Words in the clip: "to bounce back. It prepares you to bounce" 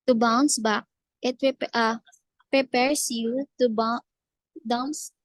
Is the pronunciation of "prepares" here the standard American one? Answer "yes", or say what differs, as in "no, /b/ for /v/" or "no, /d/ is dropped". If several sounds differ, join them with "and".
no, /s/ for /z/